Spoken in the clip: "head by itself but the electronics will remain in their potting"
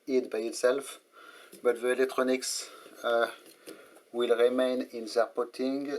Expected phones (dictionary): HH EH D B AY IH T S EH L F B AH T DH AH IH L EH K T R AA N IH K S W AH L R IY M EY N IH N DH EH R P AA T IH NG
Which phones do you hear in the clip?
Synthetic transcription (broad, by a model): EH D B AY IH T S EH L F B AH T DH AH IH L EH K T R AA N IH K S W AH L R IY M EY N IH N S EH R P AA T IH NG